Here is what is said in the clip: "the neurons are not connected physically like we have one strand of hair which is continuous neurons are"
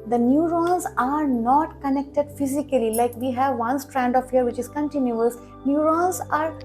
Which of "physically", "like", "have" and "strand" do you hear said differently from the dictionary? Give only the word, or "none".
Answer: none